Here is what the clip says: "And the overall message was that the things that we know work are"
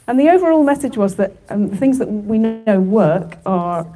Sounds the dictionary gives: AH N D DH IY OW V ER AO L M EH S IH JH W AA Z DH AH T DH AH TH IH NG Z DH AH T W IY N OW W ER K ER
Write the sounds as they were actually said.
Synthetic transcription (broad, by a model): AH N DH IY OW V ER AO L M EH S IH JH W AA Z DH AH T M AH TH IH NG Z DH AH T W IY N OW W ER K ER